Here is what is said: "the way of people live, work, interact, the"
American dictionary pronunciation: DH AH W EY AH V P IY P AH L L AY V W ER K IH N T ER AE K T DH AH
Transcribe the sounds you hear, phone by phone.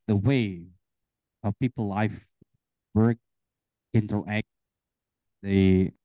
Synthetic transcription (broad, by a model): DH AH W EY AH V P IY P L L AY F W ER K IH N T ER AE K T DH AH